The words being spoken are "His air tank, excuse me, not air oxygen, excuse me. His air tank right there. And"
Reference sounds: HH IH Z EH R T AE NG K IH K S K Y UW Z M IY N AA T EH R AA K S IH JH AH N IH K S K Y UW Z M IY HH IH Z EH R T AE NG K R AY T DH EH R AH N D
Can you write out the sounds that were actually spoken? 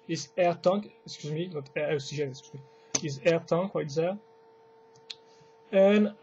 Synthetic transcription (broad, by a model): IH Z EH R T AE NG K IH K S K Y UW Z M IY N AA T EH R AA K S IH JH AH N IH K S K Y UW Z M IY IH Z EH R T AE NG K W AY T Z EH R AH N